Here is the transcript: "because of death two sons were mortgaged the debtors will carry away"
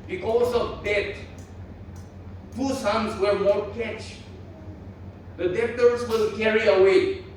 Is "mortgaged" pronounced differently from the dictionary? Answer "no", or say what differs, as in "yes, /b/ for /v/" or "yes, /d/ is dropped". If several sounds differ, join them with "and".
yes, /tʃ/ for /dʒ/